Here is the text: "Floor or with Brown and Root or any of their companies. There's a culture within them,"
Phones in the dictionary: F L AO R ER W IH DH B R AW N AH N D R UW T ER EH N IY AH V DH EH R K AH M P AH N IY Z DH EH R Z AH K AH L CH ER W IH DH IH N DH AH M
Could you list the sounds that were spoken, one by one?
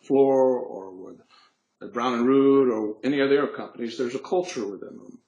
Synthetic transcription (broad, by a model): F L AO R ER W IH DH B R AW N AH N R UW T ER EH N IY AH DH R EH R K AH M P AH N IY Z DH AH R Z AH K AH L CH ER W IH DH IH N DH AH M